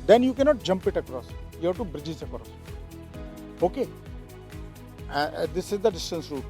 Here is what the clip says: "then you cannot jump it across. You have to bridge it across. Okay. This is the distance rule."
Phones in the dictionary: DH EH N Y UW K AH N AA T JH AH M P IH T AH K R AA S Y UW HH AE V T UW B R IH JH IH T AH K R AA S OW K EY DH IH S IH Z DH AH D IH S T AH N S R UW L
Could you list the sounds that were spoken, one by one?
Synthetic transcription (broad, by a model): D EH N Y UW K AH N AA T JH AH M P IH T AH K R AA S Y UW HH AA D T UW B R IH JH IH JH AH K R AA S OW K EY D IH S IH Z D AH D IH S T AH N S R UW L